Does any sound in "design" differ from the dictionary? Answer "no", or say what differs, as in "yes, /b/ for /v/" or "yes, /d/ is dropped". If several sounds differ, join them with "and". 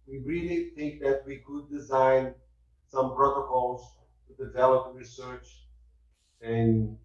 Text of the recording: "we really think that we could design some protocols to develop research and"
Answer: no